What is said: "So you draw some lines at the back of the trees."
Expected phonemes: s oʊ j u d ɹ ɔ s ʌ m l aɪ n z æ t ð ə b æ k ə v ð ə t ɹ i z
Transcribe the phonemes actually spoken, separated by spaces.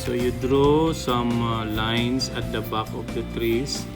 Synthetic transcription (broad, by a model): s oʊ j u d ɹ ɔ s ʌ m l aɪ n s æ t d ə b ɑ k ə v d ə t ɹ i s